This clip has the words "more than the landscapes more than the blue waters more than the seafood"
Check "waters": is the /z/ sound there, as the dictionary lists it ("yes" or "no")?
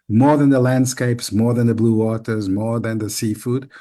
yes